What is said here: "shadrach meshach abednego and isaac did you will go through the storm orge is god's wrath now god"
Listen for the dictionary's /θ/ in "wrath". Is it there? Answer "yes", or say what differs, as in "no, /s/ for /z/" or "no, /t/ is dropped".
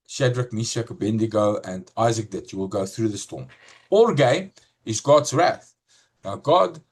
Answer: yes